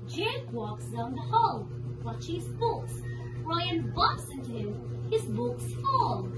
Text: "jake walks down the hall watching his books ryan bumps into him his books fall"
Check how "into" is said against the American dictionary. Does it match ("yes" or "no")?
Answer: yes